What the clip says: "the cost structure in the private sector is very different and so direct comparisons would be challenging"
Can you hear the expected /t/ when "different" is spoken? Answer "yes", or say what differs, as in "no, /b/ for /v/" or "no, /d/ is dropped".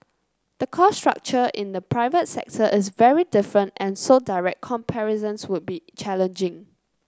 yes